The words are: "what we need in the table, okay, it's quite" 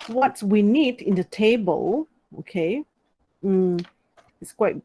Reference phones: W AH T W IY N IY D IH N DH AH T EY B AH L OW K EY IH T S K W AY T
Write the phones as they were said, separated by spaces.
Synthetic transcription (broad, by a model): W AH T W IY N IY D IH N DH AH T EY B AH L OW K EY IH T S K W AY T